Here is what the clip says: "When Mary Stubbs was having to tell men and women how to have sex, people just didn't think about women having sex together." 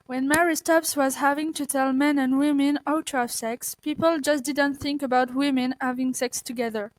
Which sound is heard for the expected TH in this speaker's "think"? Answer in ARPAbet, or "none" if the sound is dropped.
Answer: TH